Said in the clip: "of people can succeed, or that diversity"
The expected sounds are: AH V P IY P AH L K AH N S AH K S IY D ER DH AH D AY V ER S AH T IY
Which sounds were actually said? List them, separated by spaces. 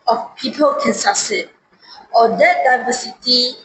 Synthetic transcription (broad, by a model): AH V P IY P AH L K AH N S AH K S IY AO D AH D AY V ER S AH T IY